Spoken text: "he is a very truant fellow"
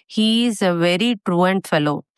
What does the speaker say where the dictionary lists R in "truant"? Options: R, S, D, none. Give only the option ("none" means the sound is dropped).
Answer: R